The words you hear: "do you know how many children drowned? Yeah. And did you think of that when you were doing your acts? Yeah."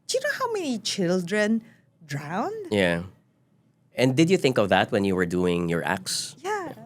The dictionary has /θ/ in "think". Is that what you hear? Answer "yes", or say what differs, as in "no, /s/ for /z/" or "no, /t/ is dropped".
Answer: yes